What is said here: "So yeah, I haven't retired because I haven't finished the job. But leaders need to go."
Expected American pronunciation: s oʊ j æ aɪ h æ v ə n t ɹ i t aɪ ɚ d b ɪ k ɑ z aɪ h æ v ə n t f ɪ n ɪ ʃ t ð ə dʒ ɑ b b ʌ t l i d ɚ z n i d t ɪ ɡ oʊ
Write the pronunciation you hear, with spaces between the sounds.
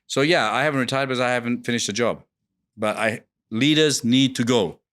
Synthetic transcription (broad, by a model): s oʊ j æ aɪ h æ v ə n t ɹ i t aɪ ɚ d b ɪ k ɑ z aɪ h æ v ə n t f ɪ n ɪ ʃ t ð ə dʒ ɑ b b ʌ t l i d ɚ z n i d t ɪ ɡ oʊ